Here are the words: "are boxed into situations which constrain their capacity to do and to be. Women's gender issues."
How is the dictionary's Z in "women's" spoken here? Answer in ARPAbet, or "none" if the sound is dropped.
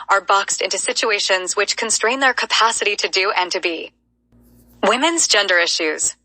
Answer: Z